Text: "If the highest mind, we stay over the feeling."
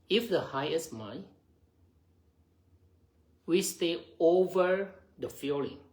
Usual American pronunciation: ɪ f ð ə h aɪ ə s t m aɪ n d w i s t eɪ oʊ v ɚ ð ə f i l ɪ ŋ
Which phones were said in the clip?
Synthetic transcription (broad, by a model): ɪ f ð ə h aɪ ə s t m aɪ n w i s t eɪ oʊ v ɚ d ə f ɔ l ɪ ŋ